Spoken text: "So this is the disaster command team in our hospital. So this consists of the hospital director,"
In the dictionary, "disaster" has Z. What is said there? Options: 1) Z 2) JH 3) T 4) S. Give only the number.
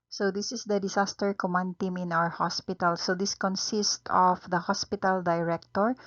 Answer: 4